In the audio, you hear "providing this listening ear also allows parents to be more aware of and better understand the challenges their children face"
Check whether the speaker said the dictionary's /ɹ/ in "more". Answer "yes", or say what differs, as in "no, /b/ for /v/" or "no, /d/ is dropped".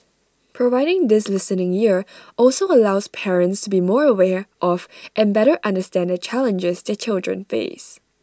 yes